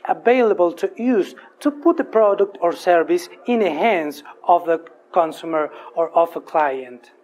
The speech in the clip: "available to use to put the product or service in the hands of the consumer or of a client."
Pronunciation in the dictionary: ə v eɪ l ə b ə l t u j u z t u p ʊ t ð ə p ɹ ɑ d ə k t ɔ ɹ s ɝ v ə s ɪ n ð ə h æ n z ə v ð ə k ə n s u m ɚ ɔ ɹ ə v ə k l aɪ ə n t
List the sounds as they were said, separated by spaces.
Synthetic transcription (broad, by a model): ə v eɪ l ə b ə l t u j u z t u p ʊ t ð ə p ɹ ɑ d ə k t ɔ ɹ s ɝ v ə s ɪ n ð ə h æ n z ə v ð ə k ə n s u m ɚ ɔ ɹ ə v ə k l aɪ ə n t